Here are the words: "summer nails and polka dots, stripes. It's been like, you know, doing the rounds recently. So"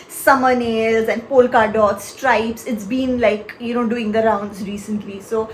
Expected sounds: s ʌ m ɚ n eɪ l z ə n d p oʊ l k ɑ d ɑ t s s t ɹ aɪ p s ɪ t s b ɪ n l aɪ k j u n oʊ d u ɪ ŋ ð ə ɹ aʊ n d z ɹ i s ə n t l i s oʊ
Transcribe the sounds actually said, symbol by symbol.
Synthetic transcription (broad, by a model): s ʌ m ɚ n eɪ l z ə n d p oʊ l k ɑ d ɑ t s s t ɹ aɪ p s ɪ t s b ɪ n l aɪ k j u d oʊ d u ɪ ŋ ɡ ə ɹ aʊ n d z ɹ i s ə n t l i s oʊ